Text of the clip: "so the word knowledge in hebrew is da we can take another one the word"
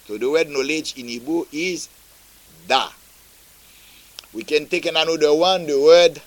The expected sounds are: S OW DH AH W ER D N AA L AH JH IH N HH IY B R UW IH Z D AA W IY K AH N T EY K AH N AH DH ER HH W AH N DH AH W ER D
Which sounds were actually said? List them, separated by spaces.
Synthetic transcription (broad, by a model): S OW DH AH W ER D N AA L AH JH IH N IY B UW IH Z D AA W IY K AH N T EY K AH N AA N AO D W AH N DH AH W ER D